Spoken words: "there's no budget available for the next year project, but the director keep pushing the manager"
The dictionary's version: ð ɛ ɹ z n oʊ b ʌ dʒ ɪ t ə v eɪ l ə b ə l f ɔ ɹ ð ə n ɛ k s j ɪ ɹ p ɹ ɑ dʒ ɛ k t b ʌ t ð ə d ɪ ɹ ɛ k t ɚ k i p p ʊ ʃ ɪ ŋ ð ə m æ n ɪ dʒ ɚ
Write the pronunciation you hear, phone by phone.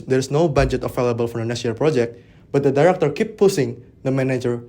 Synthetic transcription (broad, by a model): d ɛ ɹ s n oʊ b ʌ dʒ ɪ t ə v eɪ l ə b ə l f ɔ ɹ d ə n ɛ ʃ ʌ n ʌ l p ɹ ɑ dʒ ɛ k t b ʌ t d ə d ɪ ɹ ɛ k t ɚ k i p p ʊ s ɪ ŋ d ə m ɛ n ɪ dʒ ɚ